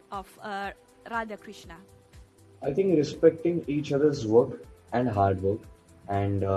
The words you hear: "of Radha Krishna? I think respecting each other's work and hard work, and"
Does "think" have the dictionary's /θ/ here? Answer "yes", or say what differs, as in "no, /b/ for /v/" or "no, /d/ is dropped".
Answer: no, /t/ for /θ/